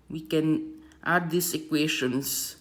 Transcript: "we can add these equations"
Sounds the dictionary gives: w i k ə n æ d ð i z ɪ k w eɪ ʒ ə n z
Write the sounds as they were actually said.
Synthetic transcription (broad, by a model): w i k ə n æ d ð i s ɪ k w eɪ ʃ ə n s